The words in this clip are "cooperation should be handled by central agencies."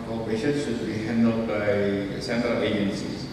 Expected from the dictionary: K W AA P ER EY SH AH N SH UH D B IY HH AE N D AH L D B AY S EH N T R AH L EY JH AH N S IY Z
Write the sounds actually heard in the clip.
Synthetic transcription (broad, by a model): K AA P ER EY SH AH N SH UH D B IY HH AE N D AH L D B AY S EH N T R AH L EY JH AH N S IY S